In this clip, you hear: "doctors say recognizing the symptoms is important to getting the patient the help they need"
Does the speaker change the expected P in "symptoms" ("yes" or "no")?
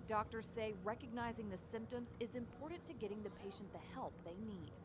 no